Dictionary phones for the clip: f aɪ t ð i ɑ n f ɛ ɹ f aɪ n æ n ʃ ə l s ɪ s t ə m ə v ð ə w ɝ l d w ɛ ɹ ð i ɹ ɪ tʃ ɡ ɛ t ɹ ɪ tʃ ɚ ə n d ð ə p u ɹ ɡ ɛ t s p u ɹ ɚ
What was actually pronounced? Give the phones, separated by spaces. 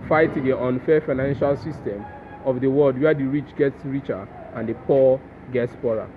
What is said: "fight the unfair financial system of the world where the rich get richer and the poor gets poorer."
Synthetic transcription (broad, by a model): f aɪ t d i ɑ n f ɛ f aɪ n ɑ n ʃ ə l s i s t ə m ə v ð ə w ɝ l d w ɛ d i ɹ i tʃ ɡ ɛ t ɹ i tʃ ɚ ə n d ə p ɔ ɡ ɛ t s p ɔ ɹ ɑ